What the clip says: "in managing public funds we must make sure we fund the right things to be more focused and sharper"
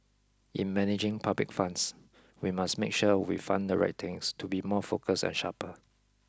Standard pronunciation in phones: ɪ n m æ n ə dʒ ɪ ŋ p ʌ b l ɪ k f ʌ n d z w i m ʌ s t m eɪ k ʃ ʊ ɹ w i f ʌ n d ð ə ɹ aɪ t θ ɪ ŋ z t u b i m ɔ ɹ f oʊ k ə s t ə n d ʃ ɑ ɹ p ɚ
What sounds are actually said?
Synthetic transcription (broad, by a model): ɪ n m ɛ n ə dʒ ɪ ŋ p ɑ b l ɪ k f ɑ n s w i m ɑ s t m eɪ k ʃ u w i f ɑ n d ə ɹ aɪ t t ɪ ŋ s t u b i m ɔ f oʊ k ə s ə n ʃ ɑ p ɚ